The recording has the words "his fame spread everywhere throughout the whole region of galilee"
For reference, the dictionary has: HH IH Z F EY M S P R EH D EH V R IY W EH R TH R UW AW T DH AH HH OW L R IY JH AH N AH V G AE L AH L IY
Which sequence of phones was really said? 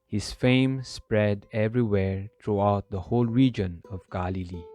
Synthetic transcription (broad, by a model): HH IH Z F EY M S P R EH D EH V R IY W EH R T R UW AW T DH AH HH OW L R IY JH AH N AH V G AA L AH L IY